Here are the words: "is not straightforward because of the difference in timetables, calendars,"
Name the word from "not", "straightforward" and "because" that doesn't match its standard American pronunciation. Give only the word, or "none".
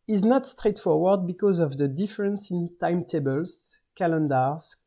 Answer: none